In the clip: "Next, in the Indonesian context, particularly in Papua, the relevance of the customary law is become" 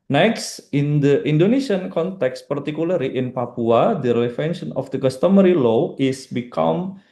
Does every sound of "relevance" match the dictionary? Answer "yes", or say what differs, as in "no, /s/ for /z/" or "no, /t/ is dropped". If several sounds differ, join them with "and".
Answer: no, /s/ is dropped